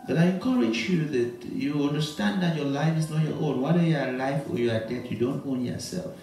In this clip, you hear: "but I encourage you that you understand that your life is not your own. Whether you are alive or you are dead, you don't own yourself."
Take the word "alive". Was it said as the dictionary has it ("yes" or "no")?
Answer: no